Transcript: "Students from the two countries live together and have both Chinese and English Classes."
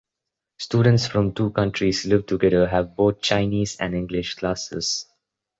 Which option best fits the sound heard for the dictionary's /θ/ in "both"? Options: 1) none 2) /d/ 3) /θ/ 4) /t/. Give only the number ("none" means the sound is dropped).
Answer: 4